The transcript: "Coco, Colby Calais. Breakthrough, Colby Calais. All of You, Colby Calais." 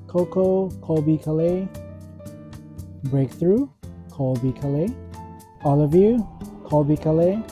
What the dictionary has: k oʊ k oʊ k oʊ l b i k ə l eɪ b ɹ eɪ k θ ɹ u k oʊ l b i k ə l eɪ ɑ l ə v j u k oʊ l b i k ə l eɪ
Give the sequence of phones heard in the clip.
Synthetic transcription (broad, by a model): k oʊ k oʊ k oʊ b i k ə l eɪ b ɹ eɪ k θ ɹ u k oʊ b i k ə l eɪ ɑ l ə v j u k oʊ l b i k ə l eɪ